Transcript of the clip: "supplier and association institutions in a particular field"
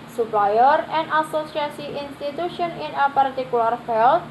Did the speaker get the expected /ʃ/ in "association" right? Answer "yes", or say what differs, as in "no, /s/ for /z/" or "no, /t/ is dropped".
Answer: no, /s/ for /ʃ/